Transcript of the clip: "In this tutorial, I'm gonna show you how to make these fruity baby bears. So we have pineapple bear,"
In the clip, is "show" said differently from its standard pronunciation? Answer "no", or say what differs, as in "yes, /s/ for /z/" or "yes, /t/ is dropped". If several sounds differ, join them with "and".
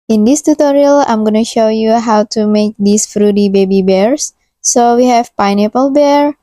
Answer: no